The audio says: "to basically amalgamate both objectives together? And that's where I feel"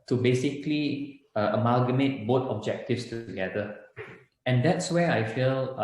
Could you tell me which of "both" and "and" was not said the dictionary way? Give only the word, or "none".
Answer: both